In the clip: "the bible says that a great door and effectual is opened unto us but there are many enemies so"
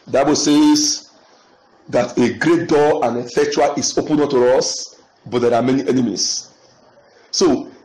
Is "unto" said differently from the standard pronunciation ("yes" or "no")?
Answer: yes